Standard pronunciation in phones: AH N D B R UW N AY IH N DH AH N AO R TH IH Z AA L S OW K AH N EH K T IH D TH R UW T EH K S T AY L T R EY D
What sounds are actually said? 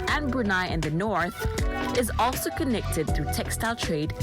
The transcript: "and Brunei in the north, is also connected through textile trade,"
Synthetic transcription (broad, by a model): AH N B R UW N AY IH N DH AH N AO R TH IH Z AA L S OW K AH N EH K T IH D TH R UW T EH K S T AY L T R EY D